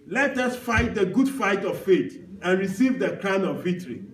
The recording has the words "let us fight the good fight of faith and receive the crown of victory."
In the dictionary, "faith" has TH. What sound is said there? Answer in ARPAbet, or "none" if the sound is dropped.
T